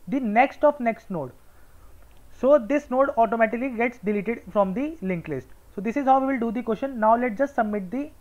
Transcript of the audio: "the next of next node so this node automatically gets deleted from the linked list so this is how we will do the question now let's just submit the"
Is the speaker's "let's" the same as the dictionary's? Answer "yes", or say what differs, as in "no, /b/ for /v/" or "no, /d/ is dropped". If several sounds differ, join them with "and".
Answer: no, /s/ is dropped